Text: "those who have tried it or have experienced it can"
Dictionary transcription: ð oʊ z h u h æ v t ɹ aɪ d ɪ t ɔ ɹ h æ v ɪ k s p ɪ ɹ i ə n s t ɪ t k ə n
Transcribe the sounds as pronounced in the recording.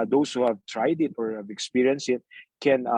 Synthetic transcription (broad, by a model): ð oʊ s h u h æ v t ɹ aɪ d ɪ t ɔ ɹ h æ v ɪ k s p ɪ ɹ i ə n s ɪ t k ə n